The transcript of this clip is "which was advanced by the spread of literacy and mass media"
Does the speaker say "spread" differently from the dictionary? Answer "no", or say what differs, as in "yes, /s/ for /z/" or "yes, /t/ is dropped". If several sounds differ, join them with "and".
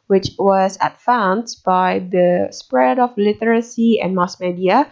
no